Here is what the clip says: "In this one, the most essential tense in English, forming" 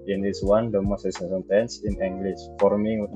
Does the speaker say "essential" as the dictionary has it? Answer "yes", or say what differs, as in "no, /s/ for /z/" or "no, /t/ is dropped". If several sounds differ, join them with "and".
no, /n/ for /l/